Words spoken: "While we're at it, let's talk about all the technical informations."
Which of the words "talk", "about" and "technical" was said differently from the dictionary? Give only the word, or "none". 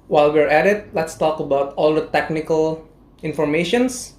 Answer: none